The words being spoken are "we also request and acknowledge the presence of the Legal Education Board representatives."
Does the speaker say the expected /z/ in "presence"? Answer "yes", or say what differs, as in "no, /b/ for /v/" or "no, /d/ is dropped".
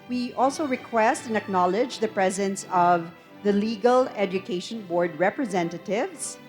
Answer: yes